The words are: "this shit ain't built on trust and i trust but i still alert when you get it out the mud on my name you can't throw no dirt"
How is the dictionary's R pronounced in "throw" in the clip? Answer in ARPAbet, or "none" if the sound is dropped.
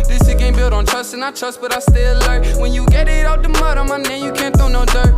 none